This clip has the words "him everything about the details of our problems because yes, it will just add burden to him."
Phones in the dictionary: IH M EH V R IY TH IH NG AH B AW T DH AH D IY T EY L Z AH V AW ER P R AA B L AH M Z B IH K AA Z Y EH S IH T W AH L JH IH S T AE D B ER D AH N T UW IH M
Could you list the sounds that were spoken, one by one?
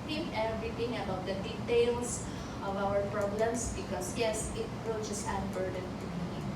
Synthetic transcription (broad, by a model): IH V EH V R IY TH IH NG AH B AW T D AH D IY T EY L S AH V AW ER P R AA B L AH M S B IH K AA S Y EH S IH T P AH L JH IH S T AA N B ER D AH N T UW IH